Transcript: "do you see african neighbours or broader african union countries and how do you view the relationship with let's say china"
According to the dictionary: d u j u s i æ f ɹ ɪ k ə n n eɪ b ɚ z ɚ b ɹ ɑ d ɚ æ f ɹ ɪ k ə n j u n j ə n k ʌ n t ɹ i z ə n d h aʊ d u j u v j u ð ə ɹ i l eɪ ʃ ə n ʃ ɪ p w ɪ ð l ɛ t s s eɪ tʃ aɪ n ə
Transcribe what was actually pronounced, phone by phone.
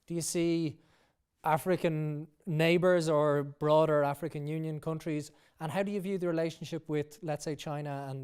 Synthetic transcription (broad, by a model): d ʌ j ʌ s i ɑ f ɹ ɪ k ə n n eɪ b ɚ z ɚ b ɹ ɑ d ɚ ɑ f ɹ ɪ k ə n j u n j ə n k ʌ n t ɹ i z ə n h aʊ d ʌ j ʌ v j u ð ə ɹ i l eɪ ʃ ə n ʃ ɪ p w ɪ ð l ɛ t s s eɪ tʃ aɪ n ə